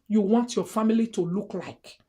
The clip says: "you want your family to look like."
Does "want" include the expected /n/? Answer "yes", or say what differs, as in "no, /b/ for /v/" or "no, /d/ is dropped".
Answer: yes